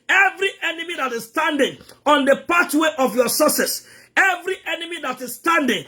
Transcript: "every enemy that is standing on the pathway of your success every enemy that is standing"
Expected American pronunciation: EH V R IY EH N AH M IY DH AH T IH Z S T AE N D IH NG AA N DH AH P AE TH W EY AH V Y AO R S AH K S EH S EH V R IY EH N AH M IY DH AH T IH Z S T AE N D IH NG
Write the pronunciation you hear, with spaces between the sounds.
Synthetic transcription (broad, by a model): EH V R IY EH N AH M IY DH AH T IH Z S T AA N D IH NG AA N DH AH P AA T W EY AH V Y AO S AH S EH S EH V R IY EH N AH M IY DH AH T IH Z S T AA N D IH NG